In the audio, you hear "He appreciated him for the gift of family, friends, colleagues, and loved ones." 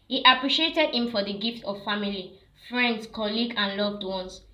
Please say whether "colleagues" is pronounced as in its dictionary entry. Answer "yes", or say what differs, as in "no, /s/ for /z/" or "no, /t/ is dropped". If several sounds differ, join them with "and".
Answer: no, /z/ is dropped